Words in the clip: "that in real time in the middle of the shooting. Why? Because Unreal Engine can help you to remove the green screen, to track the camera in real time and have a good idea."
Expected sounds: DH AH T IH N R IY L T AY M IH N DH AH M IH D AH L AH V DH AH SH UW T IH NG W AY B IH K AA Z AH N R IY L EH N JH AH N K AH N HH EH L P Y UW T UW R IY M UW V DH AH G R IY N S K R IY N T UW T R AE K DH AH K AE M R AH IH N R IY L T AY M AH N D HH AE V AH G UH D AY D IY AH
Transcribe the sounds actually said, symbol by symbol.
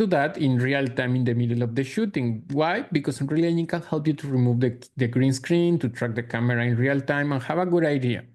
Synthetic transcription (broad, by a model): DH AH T IH N R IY L T AY M IH N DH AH M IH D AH L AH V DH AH SH UW T IH NG W AY B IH K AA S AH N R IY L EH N AH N K AH N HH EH L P Y UW T UW R IY M UW V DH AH G R IY N S K R IY N T UW T R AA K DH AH K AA M R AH IH N R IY L T AY M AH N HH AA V AH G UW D AY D IY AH